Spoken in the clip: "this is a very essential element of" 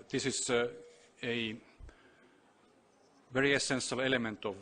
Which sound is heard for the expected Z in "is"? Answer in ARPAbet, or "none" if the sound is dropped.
S